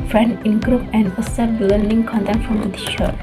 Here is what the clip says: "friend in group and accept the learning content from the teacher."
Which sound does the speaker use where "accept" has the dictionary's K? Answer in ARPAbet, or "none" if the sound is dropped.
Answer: none